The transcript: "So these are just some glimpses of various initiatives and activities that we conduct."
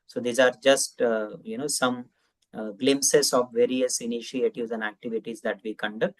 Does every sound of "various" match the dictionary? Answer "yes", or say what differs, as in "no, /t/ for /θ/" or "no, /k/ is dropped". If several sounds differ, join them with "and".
yes